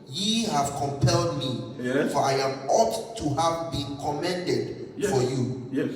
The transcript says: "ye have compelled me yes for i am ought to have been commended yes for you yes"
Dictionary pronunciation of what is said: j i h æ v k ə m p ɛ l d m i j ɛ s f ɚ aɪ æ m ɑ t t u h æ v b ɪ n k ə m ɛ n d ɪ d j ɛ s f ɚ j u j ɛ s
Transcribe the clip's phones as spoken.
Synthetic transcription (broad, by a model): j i h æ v k ə m p ɛ l d m i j f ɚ aɪ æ m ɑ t t u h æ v b ɪ n k ə m ɛ n d ɪ d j f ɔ j u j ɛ